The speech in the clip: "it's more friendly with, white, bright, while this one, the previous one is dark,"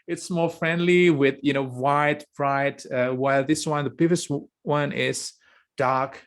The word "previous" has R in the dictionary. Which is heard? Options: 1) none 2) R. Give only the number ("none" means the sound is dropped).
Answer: 1